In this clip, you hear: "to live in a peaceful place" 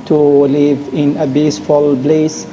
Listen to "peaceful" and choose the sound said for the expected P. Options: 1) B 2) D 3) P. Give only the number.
1